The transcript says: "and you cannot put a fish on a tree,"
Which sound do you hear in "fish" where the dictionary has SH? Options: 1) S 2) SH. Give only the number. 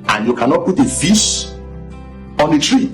1